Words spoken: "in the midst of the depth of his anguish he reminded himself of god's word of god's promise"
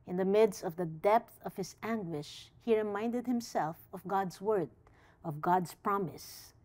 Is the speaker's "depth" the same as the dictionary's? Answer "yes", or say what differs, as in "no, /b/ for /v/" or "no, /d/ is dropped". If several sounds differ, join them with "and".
yes